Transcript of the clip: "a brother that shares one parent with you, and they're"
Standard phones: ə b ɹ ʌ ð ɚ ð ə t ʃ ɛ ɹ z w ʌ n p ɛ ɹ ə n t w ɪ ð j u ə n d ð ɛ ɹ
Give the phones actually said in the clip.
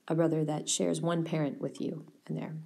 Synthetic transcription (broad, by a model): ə b ɹ ʌ ð ɚ ð ə t ʃ ɛ ɹ z w ʌ n p ɛ ɹ ə n t w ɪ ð j u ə n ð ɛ ɹ